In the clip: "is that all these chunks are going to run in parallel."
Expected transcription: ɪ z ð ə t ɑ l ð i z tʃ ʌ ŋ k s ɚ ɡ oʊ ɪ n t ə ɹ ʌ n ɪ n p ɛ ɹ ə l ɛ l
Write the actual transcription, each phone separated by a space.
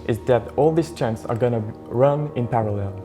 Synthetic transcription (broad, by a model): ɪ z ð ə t ɑ l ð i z tʃ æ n s ɚ ɡ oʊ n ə ɹ ʌ n ɪ n p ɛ ɹ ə l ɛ l